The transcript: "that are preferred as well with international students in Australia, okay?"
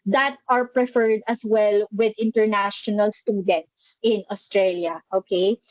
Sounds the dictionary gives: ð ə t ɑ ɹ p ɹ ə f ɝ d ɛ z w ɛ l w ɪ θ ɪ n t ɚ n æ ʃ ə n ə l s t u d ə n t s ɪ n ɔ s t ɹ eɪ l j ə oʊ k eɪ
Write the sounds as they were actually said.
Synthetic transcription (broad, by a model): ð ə t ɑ ɹ p ɹ ə f ɝ d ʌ s w ɛ l w ɪ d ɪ n t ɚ n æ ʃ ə n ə l s t u d ə n t s ɪ n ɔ s t ɹ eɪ l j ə oʊ k eɪ